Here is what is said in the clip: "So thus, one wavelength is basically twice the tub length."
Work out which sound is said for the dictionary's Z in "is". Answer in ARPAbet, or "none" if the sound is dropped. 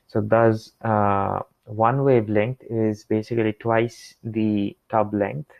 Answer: Z